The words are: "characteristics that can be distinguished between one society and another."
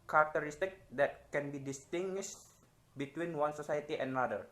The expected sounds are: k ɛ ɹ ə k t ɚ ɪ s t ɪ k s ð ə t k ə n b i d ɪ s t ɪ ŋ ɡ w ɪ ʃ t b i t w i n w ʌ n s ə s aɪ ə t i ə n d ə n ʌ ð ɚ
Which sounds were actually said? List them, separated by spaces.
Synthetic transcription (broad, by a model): k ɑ ɹ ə k t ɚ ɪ s t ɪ k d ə t k ə n b i d ɪ s t ɪ ŋ ɡ w ɪ ʃ t b i t w i n w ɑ n s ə s aɪ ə t i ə n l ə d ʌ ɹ